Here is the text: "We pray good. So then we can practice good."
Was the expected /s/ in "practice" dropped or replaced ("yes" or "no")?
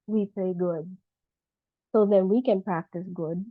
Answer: no